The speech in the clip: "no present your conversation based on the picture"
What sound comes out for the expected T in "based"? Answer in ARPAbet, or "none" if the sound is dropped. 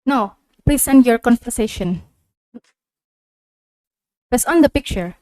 none